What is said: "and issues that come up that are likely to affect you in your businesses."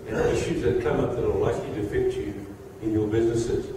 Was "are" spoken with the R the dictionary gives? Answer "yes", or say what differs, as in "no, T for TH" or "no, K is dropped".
no, L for R